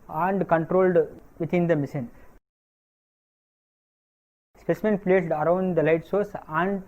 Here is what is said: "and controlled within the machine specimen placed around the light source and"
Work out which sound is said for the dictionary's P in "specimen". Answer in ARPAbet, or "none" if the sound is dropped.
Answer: P